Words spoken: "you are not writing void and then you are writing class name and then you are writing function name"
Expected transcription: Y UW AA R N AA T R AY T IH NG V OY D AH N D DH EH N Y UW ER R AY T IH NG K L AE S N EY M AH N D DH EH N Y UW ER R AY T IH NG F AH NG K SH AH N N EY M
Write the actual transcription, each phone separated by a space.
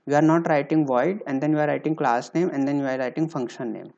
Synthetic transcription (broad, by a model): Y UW AA R N AA T R AY T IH NG V OY D AH N D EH N Y UW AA R AY T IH NG K L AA S N EY M AH N D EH N Y UW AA R AY T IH NG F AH NG K SH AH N N EY M